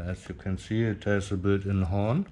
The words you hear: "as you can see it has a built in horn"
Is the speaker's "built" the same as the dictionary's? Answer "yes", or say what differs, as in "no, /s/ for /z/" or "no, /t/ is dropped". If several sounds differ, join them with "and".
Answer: no, /l/ is dropped